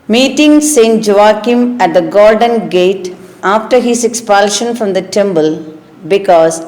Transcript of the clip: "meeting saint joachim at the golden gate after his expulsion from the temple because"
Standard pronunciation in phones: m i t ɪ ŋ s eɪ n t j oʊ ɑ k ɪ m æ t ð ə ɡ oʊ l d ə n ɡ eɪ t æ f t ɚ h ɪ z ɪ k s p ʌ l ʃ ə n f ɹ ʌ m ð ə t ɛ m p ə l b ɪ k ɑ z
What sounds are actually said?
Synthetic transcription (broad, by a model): m i t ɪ ŋ s eɪ n t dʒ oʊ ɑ k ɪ m æ t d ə ɡ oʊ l d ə n ɡ eɪ t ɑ f t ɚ h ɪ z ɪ k s p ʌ l ʃ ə n f ɹ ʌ m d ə t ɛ m b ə l b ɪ k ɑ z